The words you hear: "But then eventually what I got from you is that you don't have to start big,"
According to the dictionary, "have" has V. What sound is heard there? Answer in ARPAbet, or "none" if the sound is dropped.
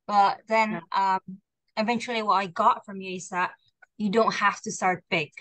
F